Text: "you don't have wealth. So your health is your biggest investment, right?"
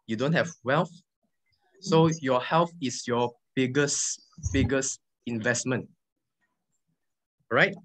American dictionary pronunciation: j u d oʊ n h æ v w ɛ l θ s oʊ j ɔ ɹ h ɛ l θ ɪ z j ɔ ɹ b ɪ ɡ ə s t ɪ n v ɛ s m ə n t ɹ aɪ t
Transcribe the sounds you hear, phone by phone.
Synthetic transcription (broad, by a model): j u d oʊ n h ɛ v w ɛ l θ s oʊ j ɔ h ɛ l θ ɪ s j ɔ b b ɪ ɡ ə s ɪ n v ɛ s m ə n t ɹ aɪ t